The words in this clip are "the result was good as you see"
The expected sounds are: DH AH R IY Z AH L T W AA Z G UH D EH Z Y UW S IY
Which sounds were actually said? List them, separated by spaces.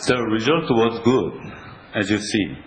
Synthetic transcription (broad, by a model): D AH R IY Z AH L T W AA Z G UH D EH Z Y UW S IY